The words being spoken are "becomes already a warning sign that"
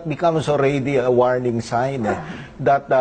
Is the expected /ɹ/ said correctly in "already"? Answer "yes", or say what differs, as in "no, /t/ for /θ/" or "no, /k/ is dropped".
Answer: yes